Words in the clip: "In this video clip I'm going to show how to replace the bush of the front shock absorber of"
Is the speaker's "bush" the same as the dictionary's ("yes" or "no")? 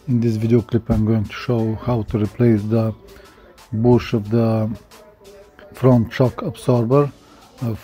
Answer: yes